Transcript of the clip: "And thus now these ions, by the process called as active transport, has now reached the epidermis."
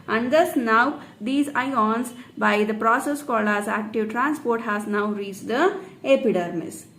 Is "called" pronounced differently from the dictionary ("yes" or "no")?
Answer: yes